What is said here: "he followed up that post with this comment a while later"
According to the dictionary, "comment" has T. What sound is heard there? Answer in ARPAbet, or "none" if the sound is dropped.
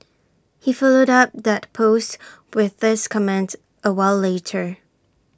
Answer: T